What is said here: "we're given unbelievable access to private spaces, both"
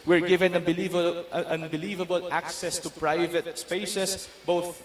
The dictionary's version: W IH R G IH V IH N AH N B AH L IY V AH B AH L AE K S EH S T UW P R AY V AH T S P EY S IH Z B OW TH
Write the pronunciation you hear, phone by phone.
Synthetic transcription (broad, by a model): W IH R G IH V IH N AH N B AH L IY V AH B AH L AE K S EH S T UW P R AY V AH T S P EY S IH S B OW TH